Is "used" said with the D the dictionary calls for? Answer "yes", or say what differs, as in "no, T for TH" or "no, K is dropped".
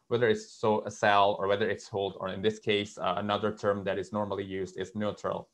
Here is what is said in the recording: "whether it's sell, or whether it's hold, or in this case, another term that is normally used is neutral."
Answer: yes